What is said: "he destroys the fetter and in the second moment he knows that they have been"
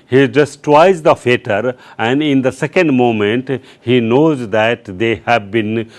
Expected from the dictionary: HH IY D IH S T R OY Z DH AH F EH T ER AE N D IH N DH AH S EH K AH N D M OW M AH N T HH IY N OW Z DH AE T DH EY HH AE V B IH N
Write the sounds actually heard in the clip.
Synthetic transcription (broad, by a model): HH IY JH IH S T W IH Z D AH F EH T ER AE N D IH N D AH S EH K AH N D M OW M AH N T HH IY N OW Z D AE T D EY HH AE V B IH N